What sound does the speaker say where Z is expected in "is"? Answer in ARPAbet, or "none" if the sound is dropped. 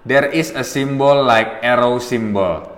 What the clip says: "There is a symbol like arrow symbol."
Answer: S